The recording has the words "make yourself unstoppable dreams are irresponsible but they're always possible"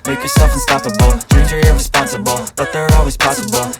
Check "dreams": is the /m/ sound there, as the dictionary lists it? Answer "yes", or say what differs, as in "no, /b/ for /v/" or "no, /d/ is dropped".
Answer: no, /m/ is dropped